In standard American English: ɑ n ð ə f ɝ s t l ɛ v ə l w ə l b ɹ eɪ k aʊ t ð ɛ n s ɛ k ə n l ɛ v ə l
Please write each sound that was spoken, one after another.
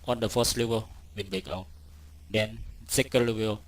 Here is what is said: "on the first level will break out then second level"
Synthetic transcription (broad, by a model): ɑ n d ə f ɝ s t l ɛ v ə l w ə n b ɹ eɪ k aʊ t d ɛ n s ɛ k ə n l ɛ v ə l